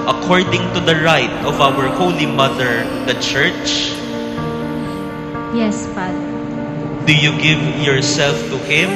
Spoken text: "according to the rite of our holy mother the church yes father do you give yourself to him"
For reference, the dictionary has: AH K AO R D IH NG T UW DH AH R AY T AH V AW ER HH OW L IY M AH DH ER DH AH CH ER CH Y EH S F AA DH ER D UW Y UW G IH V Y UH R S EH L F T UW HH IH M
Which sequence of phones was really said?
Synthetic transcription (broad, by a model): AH K AO R D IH NG T UW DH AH R AY T AH V AW ER HH OW L IY M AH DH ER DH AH CH ER CH Y EH S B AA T D UW Y UW G IH V Y UH R S EH L F T UW HH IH M